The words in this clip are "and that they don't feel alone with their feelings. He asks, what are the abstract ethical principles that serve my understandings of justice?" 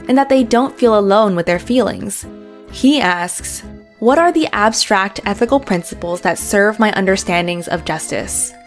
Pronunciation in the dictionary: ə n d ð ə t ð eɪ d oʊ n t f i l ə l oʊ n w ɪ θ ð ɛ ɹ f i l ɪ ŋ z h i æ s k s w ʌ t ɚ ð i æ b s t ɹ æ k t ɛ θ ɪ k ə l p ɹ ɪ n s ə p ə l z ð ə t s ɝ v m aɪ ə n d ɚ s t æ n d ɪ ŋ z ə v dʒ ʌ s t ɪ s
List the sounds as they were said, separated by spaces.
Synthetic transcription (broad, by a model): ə n ð ə t ð eɪ d oʊ n t f i l ə l oʊ n w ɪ ð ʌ ɹ f i l ɪ ŋ z h i æ s k s w ʌ t ɚ ð i æ b s t ɹ æ k t ɛ θ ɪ k l p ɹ ɪ n s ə p l z ð ə t s ɝ v m aɪ ə n d ɚ s t æ n d ɪ ŋ z ə v dʒ ʌ s t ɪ s